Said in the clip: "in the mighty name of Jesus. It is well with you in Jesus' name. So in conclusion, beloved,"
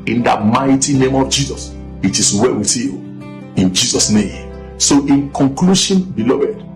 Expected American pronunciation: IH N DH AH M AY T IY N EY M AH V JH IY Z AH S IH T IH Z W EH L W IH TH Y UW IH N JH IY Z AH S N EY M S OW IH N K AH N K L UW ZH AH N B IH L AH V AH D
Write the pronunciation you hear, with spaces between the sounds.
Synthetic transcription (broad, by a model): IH N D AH M AY T IY N EY M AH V JH IY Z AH S IH T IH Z W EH W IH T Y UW IH N JH IY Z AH S N EY M S OW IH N K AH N K L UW SH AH N B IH L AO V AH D